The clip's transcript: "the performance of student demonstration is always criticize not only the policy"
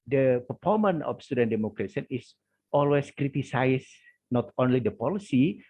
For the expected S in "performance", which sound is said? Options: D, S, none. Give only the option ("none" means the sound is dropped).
none